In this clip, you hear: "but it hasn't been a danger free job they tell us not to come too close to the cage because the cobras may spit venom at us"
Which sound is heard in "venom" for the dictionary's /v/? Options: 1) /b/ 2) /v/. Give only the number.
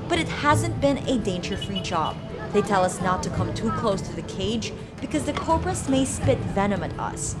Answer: 2